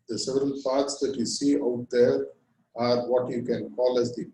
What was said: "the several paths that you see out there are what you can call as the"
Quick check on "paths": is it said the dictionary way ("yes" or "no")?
no